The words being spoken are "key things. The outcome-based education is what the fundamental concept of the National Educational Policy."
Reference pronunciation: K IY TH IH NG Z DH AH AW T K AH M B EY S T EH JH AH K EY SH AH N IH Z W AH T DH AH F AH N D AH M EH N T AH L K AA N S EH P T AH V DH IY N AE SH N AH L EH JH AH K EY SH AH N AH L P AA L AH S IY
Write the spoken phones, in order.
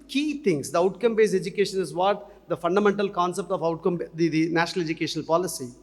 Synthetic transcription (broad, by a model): K IY T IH NG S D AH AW T K AH M B EY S EH JH AH K EY SH AH N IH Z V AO T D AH F AH N D AH M EH N T AH L K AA N S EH P T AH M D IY N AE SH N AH L EH JH AH K EY SH AH N AH L P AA L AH S IY